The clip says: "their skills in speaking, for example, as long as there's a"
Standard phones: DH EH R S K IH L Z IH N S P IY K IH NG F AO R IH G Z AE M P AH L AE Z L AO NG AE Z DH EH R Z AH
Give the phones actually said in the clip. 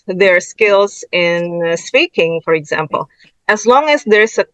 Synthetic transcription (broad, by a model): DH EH R S K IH L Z IH N S P IY K IH NG F AO R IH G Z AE M P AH L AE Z L AO NG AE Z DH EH R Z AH